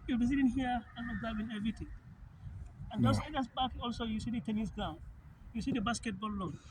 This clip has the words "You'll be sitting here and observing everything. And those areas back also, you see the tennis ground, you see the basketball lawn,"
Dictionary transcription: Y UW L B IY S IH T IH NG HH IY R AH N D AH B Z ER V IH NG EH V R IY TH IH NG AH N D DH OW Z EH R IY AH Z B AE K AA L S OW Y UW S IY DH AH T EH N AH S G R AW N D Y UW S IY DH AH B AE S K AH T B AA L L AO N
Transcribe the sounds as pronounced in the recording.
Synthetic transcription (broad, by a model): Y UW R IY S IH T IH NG HH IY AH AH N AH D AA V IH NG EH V R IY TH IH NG AH N D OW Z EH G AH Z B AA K AA L S OW Y UW S IY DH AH T EH N AH S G AW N Y UW S IY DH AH B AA S K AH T B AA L L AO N